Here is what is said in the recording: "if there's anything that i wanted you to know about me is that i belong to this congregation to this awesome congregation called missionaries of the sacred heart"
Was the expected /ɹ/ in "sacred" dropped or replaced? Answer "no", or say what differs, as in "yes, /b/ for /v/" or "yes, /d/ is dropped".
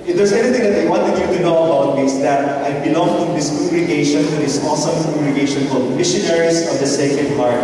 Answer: yes, /ɹ/ is dropped